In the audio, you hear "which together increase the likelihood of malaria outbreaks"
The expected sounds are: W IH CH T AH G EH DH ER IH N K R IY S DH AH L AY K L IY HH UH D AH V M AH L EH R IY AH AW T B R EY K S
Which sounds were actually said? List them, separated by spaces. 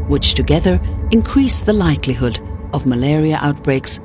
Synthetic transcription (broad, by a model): W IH CH T AH G EH DH ER IH N K R IY S DH AH L AY K L IY HH UH D AH V M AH L EH R IY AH AW T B R EY K S